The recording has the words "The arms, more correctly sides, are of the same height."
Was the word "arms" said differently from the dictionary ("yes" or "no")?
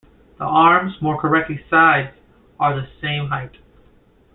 no